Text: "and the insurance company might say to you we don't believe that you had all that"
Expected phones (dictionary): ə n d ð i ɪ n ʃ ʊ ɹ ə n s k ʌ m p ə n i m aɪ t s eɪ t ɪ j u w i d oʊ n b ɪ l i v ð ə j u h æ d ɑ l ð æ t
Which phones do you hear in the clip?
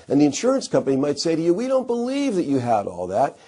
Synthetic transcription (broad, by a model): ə n ð i ɪ n ʃ ʊ ɹ ə n s k ʌ m p ə n i m aɪ t s eɪ t ɪ j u w i d oʊ n b ɪ l i v ð ə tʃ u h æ d ɑ l ð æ t